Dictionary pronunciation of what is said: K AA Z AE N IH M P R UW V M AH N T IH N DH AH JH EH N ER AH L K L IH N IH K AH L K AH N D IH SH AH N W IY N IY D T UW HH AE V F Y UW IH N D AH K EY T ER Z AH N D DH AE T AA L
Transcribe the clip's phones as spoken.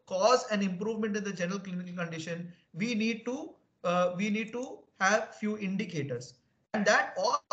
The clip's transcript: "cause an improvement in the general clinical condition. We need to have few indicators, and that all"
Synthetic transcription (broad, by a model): K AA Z AE N IH M P R UW V M AH N T IH N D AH JH EH N ER AH L K L IH N IH K AH L K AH N D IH SH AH N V IY N IY D T UW HH AE V F Y UW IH N D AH K EY T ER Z AH N D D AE T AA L